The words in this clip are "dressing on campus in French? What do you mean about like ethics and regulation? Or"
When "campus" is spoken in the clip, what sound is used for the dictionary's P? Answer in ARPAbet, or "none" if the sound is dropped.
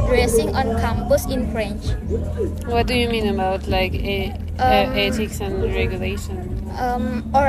B